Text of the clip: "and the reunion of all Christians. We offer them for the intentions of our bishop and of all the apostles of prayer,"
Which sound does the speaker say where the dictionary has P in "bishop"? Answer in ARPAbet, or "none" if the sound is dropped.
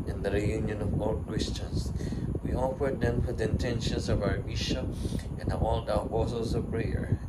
none